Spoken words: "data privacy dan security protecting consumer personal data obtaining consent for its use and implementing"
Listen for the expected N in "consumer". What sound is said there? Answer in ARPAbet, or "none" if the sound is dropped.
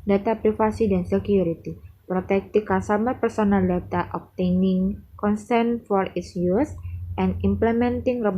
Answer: none